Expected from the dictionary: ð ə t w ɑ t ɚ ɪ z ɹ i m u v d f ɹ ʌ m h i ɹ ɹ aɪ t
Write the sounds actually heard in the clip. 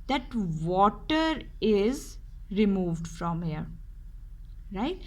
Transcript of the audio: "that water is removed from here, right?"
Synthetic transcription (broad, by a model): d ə t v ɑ t ɚ ɪ z ɹ i m u v d f ɹ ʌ m h i ɹ ɹ aɪ t